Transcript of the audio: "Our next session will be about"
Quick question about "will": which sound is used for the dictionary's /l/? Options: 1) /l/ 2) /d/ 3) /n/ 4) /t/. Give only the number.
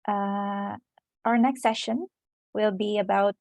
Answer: 1